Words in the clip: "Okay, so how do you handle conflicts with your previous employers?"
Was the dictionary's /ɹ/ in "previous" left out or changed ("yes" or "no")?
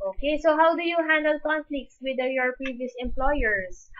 no